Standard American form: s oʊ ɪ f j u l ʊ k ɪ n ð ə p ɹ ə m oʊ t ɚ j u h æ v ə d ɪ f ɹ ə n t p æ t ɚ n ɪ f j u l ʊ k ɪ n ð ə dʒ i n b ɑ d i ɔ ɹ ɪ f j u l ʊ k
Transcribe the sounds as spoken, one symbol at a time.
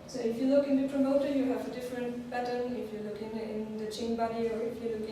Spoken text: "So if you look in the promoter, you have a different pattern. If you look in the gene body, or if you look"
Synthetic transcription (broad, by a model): s oʊ ɪ f j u l ʊ k ɪ n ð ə p ɹ ə m oʊ t ɚ j u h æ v ə d ɪ f ɹ ə n t b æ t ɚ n ɪ f j u l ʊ k ɪ n ð ə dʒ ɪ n b ɑ d i ɔ ɹ ɪ f j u l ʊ k